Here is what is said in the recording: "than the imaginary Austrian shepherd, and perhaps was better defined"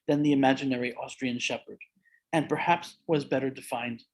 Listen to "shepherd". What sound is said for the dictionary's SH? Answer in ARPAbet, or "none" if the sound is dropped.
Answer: SH